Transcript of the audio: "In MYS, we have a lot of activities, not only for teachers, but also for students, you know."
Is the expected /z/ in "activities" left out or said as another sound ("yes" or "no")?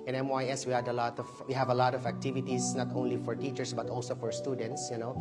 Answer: yes